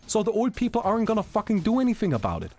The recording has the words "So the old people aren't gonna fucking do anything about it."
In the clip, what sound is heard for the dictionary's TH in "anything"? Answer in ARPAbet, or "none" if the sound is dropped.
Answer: TH